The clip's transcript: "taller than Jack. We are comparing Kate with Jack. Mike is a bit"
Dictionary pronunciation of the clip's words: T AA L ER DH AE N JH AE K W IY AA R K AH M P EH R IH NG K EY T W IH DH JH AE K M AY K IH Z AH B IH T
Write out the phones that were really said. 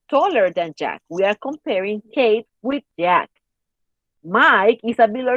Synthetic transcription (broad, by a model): T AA L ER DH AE N JH AE K W IY AA R K AH M P EH R IH NG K EY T W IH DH JH AE K M AY K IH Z AH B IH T